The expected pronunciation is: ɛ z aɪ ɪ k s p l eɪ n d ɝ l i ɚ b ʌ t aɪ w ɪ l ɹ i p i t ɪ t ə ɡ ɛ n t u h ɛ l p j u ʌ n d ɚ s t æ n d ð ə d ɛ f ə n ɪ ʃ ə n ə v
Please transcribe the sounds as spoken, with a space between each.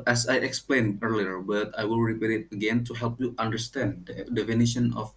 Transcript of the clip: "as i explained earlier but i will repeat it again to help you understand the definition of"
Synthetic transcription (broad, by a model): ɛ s aɪ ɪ k s p l eɪ n ɝ l i ɚ b ʌ t aɪ w ɪ l ɹ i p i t ɪ t ə ɡ ɛ n t u h ɛ l p j u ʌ n d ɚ s t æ n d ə d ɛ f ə n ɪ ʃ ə n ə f